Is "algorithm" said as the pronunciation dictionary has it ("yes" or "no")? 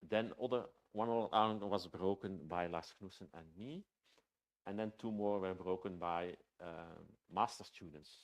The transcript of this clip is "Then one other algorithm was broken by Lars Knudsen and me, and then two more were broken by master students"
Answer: no